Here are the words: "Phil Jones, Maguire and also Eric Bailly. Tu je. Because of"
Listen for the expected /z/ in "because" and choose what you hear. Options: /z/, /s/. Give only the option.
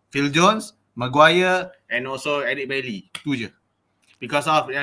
/s/